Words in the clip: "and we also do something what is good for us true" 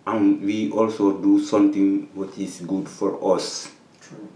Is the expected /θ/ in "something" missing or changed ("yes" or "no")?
yes